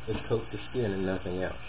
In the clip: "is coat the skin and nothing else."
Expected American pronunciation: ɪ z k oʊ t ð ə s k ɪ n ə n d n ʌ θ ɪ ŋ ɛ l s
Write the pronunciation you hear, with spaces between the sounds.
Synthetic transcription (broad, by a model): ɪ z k oʊ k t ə s k ɪ n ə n n ʌ θ ɪ ŋ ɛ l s